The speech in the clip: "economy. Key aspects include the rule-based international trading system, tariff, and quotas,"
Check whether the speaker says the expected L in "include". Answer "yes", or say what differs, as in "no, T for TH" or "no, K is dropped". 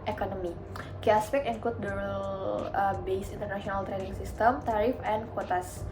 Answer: no, L is dropped